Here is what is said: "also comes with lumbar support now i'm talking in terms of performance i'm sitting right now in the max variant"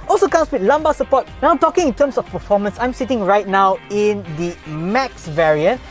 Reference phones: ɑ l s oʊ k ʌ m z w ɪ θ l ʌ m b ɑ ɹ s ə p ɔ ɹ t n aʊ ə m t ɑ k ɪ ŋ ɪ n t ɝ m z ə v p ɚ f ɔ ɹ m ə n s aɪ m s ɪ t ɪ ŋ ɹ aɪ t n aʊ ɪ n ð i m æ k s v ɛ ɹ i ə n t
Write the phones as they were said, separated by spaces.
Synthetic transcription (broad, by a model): ɑ l s oʊ k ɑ m s w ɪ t l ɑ m b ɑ s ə p ɔ t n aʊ ə m t ɑ k ɪ ŋ ɪ n t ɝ m s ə f p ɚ f ɔ m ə n s aɪ m s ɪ t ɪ ŋ ɹ aɪ t n aʊ ɪ n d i m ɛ k s v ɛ ɹ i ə n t